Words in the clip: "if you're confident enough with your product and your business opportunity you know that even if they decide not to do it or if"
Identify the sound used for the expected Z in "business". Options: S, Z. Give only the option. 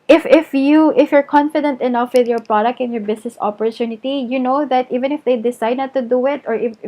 S